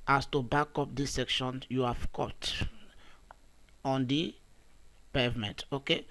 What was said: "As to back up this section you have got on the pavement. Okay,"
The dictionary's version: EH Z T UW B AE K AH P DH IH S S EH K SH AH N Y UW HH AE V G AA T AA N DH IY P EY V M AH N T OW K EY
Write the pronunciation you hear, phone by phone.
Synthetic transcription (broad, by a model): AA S T UW B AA K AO P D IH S S EH K SH AH N Y UW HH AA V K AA T AA N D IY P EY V M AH N T OW K EY